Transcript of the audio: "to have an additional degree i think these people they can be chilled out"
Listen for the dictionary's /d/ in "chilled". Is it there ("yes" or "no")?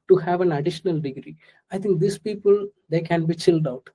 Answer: yes